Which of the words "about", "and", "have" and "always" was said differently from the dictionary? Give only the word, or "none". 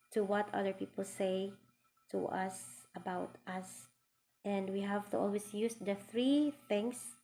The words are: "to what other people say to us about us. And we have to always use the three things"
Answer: always